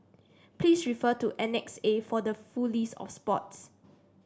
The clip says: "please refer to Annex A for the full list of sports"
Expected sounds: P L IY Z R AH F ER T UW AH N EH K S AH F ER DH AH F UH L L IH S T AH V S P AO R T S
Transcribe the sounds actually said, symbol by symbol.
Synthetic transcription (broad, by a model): P L IY S R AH F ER T UW AH N EH K S AH F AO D AH F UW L L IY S AH F S P AO T S